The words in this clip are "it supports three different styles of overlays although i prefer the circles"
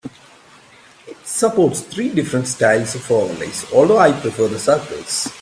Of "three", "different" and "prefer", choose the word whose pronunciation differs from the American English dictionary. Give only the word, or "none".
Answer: three